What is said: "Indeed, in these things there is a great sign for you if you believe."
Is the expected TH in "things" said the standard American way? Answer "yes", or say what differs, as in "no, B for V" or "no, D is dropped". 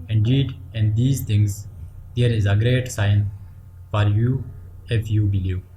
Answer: no, T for TH